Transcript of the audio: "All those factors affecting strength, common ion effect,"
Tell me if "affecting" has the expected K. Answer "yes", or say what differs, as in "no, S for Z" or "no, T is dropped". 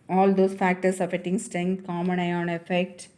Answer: no, K is dropped